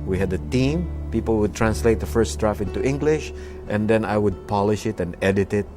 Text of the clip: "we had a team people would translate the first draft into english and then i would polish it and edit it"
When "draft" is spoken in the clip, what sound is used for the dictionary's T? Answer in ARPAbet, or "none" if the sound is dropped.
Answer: none